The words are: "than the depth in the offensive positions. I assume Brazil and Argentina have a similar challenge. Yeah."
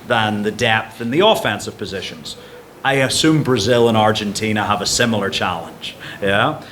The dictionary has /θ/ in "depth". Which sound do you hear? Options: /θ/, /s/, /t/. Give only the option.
/θ/